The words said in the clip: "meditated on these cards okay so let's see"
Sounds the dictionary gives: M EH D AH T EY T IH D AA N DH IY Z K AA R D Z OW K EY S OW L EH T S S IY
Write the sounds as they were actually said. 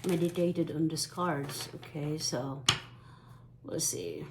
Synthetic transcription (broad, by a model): M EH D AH T EY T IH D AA N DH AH S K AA R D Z OW K EY S OW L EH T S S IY